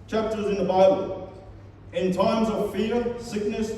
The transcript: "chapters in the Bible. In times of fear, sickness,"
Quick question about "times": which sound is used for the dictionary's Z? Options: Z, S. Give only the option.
Z